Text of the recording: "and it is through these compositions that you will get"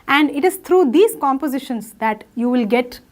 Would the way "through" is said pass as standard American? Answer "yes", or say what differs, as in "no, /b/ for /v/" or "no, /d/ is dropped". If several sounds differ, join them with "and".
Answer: no, /t/ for /θ/